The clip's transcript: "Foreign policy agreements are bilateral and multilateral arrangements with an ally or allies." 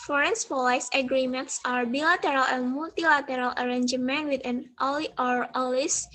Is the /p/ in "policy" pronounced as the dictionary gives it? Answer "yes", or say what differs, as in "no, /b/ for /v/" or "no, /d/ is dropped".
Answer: no, /f/ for /p/